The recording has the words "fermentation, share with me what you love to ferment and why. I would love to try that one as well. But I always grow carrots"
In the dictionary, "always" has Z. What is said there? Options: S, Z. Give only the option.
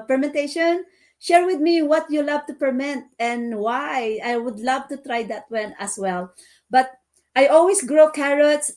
S